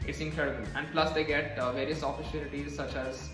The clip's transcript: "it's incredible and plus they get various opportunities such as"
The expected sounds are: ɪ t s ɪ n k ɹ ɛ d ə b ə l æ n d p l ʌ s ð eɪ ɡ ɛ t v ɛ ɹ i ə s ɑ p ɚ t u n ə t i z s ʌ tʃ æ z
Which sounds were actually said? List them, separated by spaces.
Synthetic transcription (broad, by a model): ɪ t s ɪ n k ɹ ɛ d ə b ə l æ n d p l ʌ s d eɪ ɡ ɛ t v ɛ ɹ i ə s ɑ f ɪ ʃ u l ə t i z s ʌ tʃ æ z